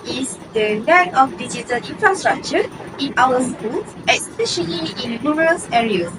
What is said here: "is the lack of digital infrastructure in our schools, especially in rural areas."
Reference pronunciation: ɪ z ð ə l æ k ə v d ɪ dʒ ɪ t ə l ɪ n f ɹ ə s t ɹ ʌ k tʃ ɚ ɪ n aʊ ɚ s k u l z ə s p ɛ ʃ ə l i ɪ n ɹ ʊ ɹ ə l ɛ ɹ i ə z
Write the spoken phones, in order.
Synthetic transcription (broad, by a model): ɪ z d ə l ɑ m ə f d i dʒ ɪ t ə l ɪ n f ɹ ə s t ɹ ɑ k tʃ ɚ ɪ n aʊ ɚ s k u l ə s p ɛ ʃ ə l i ɪ n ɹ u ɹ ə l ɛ ɹ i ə